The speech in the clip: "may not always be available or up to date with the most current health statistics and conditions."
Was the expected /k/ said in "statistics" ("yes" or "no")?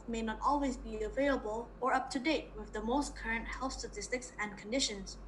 yes